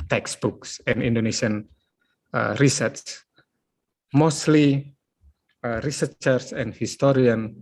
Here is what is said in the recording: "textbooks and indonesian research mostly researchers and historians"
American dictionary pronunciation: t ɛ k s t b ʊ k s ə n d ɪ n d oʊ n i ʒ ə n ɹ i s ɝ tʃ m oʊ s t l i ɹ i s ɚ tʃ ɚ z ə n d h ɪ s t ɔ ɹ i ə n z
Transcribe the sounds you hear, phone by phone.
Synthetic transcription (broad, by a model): t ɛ k s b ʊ k s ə n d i n d oʊ n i ʃ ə n ɹ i s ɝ s m oʊ s t l i ɹ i s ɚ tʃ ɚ s ə n d h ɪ s t ɔ ɹ i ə n